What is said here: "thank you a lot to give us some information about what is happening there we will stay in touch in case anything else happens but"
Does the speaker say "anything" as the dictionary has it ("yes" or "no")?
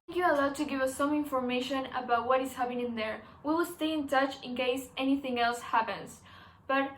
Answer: yes